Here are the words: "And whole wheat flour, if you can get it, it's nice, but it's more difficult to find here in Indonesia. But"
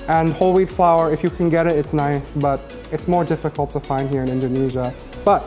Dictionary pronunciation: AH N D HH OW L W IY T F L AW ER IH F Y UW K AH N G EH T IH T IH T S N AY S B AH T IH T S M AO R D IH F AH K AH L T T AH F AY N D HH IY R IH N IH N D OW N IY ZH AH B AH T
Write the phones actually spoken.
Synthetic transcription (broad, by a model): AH N HH OW L W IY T F L AW ER IH F Y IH K AH N G EH T IH T IH T S N AY S B AH T IH T S M AO R D IH F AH K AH L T T AH F AY N D HH IY R IH N IH N D OW N IY ZH AH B AH T